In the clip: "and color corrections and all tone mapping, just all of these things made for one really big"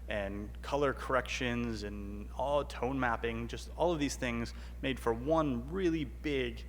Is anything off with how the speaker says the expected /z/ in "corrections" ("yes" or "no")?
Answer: no